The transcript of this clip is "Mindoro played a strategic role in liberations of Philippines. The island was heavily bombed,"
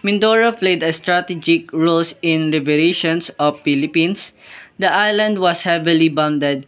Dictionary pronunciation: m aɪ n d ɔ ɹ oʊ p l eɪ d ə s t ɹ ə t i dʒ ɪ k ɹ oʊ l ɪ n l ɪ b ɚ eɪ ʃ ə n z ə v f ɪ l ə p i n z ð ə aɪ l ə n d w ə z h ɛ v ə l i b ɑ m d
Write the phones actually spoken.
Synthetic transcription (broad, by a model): m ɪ n d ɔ ɹ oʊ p l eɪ d ə s t ɹ ə t i dʒ ɪ k ɹ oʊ l ɪ n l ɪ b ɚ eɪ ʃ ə n s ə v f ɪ l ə p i n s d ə aɪ l ə n d w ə s h ɛ v ə l i b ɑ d d